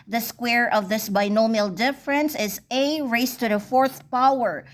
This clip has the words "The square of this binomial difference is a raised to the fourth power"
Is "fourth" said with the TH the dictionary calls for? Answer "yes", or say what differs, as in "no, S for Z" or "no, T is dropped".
yes